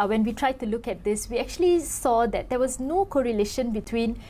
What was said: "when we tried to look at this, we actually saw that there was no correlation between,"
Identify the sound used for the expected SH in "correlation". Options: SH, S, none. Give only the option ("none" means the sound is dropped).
SH